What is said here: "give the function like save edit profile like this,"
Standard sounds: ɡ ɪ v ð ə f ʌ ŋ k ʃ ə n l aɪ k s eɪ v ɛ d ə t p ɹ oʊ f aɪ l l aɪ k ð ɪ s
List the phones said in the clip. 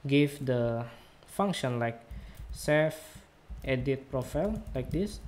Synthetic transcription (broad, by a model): ɡ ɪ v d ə f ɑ ŋ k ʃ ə n l aɪ k s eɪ f ɛ d ə t p ɹ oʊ f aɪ l l aɪ k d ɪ s